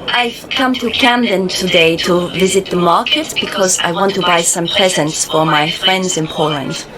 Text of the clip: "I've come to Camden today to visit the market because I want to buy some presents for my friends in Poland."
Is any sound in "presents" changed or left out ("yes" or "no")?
no